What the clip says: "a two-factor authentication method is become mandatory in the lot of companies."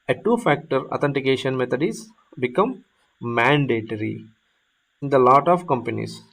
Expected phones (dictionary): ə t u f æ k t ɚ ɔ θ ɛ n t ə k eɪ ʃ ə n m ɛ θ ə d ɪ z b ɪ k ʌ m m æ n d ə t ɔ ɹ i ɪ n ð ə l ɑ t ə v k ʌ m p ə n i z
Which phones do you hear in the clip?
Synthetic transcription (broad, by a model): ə t u f æ k t ɚ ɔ t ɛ n t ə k eɪ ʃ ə n m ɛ t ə d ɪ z b ɪ k ʌ m m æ n d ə t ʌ ɹ i ɪ n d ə l ɑ t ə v k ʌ m p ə n i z